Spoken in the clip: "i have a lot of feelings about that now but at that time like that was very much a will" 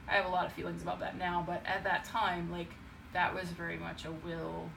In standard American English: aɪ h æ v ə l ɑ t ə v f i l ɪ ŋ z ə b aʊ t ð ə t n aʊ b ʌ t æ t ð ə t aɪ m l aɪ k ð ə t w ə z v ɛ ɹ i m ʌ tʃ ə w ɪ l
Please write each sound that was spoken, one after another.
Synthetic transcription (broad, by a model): aɪ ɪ v ə l ɑ t ə v f i l ɪ ŋ z ə b aʊ t ð ə t n aʊ b ʌ t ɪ t ð ə t aɪ m l aɪ k ð ə t w ə z v ɛ ɹ i m ʌ tʃ ə w ɪ l